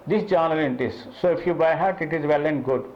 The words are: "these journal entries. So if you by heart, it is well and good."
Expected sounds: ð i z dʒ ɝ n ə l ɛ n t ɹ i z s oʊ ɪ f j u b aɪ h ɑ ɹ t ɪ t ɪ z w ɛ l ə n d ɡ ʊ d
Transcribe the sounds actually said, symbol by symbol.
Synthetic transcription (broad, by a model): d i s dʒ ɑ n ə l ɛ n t i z s oʊ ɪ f j u b aɪ h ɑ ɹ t ɪ t ɪ z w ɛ l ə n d ɡ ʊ d